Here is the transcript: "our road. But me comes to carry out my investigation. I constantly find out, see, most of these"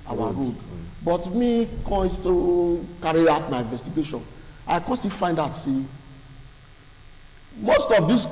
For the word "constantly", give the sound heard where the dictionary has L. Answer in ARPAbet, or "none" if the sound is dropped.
none